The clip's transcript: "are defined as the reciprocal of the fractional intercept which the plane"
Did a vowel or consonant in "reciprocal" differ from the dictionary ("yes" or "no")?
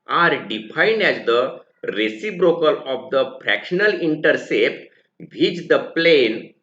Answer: yes